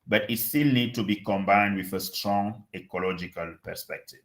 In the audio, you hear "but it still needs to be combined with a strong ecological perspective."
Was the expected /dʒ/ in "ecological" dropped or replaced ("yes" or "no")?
no